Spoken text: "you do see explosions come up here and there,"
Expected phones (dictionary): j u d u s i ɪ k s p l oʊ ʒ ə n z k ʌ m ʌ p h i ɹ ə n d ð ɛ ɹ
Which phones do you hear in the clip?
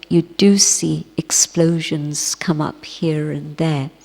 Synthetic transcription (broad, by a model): j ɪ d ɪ s i ɪ k s p l oʊ ʒ ə n z k ʌ m ʌ p h i ɹ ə n ð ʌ ɹ